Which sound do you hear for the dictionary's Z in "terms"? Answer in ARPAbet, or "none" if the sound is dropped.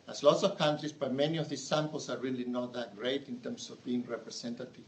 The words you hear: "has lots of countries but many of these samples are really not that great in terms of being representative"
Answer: S